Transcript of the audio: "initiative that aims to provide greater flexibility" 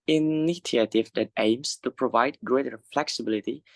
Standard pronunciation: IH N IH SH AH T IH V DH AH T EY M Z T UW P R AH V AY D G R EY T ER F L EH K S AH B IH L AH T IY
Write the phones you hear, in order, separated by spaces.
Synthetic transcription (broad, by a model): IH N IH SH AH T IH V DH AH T EY M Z T UW P R AH V AY D G R EY T ER F L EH K S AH B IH L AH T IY